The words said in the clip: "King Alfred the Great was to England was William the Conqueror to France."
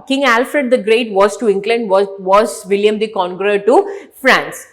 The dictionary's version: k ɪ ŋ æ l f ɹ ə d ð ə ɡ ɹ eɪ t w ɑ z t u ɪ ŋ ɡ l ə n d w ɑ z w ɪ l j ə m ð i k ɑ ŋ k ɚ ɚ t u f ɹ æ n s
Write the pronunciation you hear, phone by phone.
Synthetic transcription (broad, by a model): k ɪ ŋ æ l f ɹ ə d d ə ɡ ɹ eɪ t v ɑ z t u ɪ ŋ ɡ l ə n d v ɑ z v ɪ l j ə m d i k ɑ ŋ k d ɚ t u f ɹ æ n s